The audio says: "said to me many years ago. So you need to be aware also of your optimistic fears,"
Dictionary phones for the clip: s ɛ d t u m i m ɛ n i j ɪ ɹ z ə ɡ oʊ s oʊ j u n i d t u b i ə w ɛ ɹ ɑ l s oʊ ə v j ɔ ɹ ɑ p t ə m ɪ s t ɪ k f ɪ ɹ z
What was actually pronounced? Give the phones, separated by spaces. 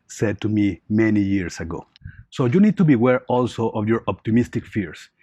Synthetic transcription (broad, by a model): s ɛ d t u m i m ɛ n i j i ɹ s ə ɡ oʊ s oʊ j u n i d t u b i w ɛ ɹ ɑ l s oʊ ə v j ɔ ɹ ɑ p t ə m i s t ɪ k f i ɹ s